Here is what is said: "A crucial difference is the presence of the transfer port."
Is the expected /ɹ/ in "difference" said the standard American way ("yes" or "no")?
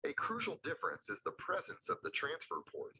yes